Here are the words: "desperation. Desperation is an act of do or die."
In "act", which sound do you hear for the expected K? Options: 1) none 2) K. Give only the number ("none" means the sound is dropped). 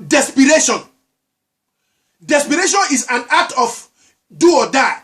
1